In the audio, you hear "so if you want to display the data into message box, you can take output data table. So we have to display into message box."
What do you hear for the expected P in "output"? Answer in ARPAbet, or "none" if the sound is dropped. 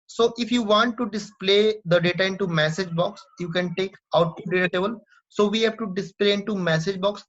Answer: none